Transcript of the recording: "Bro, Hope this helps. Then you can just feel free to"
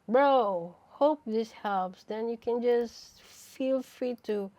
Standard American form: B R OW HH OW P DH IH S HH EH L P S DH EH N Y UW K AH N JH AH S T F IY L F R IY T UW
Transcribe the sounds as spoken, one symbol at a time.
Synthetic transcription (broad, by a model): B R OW HH OW P DH IH S HH EH L P S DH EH N Y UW K AH N JH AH S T F IY L F R IY T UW